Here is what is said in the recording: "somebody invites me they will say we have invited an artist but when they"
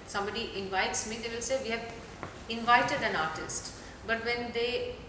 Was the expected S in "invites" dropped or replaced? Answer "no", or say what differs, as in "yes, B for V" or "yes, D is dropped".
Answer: no